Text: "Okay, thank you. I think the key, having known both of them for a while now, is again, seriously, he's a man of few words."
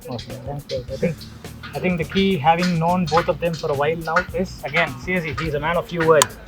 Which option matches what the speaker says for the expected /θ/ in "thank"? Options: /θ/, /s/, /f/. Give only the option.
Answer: /s/